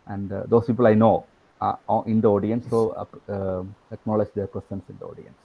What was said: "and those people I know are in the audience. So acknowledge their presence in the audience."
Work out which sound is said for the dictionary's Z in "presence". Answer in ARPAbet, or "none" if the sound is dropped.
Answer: S